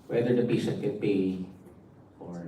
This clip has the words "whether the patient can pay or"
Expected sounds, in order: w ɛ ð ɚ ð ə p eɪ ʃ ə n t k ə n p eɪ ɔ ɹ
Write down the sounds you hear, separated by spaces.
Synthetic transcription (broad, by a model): w ɛ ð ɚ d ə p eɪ s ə t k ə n p eɪ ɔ ɹ